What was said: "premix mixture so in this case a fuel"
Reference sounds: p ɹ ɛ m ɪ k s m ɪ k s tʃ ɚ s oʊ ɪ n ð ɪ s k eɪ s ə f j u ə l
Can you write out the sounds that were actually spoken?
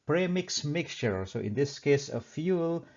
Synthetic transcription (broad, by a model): p ɹ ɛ m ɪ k s m ɪ k s tʃ ɚ s oʊ ɪ n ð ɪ s k eɪ s ə f j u l